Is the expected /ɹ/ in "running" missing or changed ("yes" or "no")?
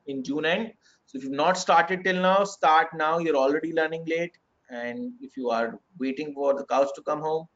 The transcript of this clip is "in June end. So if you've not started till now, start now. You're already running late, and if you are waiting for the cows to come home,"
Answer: yes